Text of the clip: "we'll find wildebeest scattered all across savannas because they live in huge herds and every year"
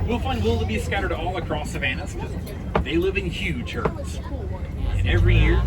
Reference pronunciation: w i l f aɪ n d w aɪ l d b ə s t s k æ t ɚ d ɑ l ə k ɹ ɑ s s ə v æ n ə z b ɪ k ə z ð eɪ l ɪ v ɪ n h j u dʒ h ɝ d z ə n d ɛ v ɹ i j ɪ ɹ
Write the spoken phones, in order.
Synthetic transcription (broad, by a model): w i l f aɪ n d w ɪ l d b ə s s k æ t ɚ d ɑ l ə k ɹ ɑ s s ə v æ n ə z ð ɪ ə l ɪ v ɪ n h j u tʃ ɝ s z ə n ɛ v ɹ i j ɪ ɹ